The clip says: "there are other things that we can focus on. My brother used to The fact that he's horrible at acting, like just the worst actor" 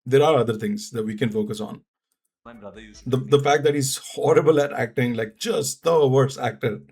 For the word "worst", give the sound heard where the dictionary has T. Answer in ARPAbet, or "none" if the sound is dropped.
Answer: none